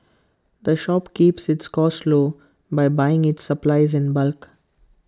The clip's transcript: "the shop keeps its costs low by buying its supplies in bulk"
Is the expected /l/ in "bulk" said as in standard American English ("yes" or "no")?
yes